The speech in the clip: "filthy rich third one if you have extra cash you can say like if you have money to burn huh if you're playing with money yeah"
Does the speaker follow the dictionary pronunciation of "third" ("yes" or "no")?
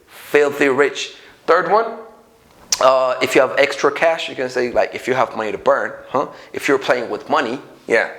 yes